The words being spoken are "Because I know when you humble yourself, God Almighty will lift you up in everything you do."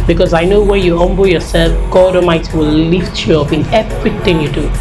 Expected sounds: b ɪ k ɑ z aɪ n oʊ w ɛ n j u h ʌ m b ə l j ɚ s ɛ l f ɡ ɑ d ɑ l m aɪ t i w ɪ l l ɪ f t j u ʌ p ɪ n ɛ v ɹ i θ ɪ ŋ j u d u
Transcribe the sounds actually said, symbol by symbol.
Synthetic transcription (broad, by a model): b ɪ k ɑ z aɪ n oʊ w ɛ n j u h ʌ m b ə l j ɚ s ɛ l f ɡ ɑ d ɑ m aɪ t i w ɪ l l ɪ f t j u ʌ p ɪ n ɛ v ɹ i t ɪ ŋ j u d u